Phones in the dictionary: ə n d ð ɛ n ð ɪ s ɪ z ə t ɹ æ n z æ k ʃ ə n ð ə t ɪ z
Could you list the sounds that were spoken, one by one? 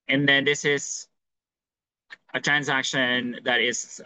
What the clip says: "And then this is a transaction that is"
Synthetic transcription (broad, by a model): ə n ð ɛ n ð ɪ s ɪ z ə t ɹ æ n z æ k ʃ ə n ð ə t ɪ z